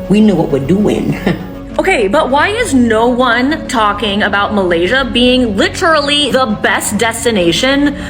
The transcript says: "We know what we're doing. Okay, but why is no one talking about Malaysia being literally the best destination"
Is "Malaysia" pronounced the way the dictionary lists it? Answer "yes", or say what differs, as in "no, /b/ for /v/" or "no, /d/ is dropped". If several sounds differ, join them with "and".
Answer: yes